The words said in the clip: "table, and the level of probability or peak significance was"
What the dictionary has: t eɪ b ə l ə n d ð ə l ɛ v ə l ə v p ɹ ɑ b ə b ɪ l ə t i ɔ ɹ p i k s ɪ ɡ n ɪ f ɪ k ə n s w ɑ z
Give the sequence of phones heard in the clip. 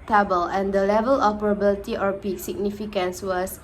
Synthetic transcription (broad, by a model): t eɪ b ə l ə n d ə l ɛ v ə l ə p ʌ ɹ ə b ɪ l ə t i ɔ ɹ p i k s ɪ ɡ n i f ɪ k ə n s w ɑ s